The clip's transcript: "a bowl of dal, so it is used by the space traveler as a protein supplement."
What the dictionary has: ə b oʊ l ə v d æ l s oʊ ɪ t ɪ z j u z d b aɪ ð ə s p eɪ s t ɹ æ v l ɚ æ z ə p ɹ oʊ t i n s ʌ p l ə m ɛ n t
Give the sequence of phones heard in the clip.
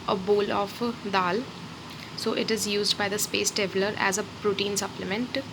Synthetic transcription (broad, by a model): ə b oʊ l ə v d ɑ l s oʊ ɪ t ɪ z j u z d b aɪ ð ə s p eɪ s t ɛ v l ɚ æ z ə p ɹ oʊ t i n s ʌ p l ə m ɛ n t